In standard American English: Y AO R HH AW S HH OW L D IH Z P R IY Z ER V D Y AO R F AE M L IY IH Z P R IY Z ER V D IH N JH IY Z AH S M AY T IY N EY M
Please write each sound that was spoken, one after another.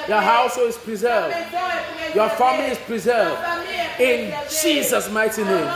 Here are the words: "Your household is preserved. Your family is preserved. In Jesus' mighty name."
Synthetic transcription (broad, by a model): Y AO HH AW S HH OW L IH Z P R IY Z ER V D Y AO F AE M L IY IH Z P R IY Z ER V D IH N JH IY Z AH S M AY T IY N EY M